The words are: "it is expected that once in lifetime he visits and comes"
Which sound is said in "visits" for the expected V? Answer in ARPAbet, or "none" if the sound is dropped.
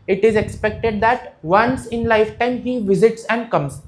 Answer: V